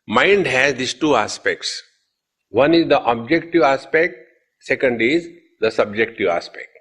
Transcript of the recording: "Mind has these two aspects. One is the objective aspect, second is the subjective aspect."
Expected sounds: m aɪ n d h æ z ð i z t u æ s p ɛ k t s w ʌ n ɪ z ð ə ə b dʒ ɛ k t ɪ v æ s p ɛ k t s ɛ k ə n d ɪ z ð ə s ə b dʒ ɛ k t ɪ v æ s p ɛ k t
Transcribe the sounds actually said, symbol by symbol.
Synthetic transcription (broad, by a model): m aɪ n d h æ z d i s t u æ s p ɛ k t s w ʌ n ɪ z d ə ə b dʒ ɛ k t ɪ v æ s p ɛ k t s ɛ k ə n d ɪ z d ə s ə b dʒ ɛ k t ɪ v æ s p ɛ k t